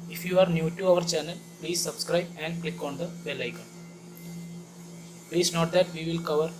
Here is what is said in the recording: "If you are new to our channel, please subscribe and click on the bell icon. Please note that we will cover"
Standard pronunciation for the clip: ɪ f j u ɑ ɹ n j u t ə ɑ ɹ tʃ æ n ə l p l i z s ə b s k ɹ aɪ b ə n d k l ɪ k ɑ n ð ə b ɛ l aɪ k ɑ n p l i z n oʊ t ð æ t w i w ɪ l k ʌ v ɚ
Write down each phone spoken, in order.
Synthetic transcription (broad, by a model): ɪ f j u ɑ ɹ n j u t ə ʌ ɹ tʃ æ n ə l p l i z s ə b s k ɹ aɪ b ə n d k l ɪ k ɑ n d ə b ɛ l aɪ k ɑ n p l i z n oʊ t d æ t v i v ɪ l k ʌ v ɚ